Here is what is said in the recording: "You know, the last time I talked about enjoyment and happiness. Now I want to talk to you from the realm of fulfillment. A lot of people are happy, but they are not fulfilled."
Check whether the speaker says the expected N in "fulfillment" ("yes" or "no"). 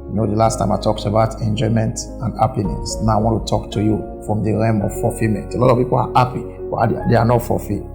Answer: no